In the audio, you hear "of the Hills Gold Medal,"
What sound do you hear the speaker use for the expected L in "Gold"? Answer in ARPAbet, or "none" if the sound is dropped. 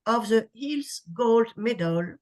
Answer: L